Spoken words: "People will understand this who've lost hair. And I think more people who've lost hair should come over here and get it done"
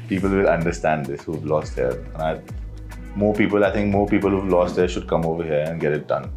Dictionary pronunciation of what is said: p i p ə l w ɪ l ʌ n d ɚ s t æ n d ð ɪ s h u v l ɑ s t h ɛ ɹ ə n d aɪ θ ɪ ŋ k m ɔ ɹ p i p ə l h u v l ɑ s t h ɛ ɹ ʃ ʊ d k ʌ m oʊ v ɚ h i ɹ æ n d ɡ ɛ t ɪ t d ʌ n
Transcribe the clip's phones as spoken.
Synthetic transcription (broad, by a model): p i p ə l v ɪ l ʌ n d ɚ s t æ n d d ɪ s h u v l ɑ s t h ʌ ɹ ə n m aɪ t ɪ ŋ k m ɔ ɹ p i p ə l h u v l ɑ s t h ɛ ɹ ʃ ʊ d k ʌ m oʊ v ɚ h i ɹ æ n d ɡ ɛ t ɪ t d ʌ n